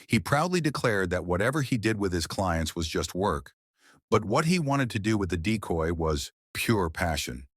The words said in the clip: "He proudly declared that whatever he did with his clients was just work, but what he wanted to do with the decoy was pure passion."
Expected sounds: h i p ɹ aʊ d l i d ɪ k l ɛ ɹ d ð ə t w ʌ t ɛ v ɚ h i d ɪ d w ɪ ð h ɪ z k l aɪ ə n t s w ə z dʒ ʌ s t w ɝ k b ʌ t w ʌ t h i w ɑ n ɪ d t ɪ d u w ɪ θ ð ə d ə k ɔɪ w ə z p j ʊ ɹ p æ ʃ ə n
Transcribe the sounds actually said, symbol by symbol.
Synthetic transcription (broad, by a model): h i p ɹ aʊ d l i d ɪ k l ɛ ɹ d ð ə t w ʌ t ɛ v ɚ i d ɪ d w ɪ ð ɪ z k l aɪ ə n t s w ə z dʒ ʌ s t w ɝ k b ʌ t w ʌ t h i w ɑ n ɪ d t ɪ d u w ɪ ð ə d ə k ɔɪ w ə z p j ʊ ɹ p æ ʃ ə n